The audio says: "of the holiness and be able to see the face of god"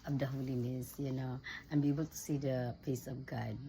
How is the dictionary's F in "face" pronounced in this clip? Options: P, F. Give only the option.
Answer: P